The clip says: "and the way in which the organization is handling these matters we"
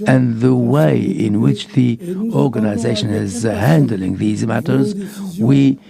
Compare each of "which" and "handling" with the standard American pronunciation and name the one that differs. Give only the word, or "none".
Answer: none